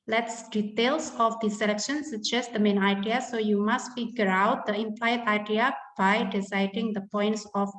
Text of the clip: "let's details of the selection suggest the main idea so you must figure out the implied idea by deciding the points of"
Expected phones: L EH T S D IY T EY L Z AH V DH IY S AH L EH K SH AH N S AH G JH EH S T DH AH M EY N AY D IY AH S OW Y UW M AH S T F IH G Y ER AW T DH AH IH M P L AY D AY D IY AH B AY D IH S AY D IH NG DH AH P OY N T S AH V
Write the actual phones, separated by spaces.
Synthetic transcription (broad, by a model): L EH T S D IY T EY L S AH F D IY S AH L EH K SH AH N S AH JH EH S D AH M EY N AY D IY AH S OW Y UW M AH S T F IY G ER AW T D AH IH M P L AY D AY D IY AH B AY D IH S AY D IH NG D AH P OY N T S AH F